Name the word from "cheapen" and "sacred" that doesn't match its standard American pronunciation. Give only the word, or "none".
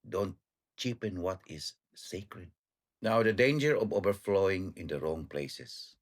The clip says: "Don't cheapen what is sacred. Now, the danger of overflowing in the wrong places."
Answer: none